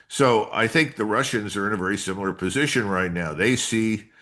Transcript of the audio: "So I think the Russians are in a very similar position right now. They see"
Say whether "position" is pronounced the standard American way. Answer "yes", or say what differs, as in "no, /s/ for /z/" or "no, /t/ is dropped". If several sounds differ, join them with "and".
yes